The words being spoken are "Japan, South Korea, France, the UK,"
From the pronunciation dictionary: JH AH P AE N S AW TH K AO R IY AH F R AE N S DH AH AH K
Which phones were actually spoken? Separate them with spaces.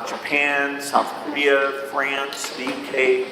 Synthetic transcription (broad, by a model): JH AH P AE N S AW TH K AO R IY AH F R AE N S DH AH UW K